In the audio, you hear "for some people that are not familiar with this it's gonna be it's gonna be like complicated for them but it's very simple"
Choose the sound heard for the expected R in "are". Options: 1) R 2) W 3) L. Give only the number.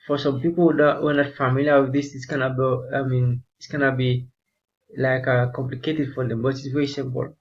2